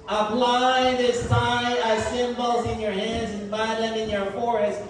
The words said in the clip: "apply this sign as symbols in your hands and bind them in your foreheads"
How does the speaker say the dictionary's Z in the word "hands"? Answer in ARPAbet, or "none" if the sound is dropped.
Z